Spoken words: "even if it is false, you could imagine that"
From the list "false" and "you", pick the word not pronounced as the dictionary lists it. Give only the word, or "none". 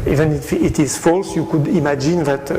none